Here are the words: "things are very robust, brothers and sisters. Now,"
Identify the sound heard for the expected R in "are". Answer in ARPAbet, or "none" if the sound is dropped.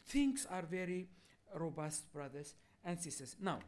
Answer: R